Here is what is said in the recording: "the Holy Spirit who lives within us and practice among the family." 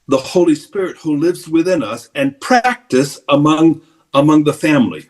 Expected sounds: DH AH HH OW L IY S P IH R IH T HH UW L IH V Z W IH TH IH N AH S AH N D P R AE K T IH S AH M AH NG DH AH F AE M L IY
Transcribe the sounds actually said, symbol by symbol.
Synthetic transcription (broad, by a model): DH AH HH OW L IY S P IH R IH T HH UW L IH V Z W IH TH IH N AH S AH N P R AE K T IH S AH M AH NG DH AH F AE M L IY